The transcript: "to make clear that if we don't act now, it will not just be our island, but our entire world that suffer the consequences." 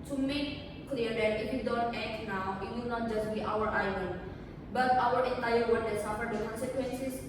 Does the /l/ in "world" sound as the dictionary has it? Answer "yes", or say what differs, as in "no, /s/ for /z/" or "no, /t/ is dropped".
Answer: no, /n/ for /l/